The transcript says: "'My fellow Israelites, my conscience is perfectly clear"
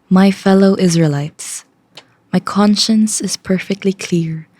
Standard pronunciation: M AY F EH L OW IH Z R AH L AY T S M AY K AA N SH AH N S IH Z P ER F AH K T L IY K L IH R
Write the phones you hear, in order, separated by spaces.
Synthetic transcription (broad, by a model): M AY F EH L OW IH Z R AH L AY T S M AY K AA N SH AH N S IH Z P ER F AH K T L IY K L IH R